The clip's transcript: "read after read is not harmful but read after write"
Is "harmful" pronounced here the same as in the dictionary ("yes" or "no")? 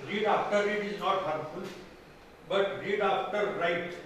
no